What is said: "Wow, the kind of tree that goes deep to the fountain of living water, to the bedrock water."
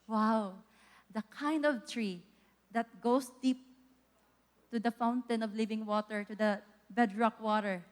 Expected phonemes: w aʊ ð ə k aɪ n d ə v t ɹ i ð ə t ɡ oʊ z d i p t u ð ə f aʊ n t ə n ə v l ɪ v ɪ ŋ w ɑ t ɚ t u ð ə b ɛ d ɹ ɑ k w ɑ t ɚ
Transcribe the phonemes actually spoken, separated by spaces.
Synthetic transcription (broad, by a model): w aʊ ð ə k aɪ n d ə v t ɹ i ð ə t ɡ oʊ s d i p t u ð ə f aʊ n t ə n ə v l ɪ v ɪ ŋ w ɑ t ɚ t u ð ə b ɛ d ɹ ɑ k w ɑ t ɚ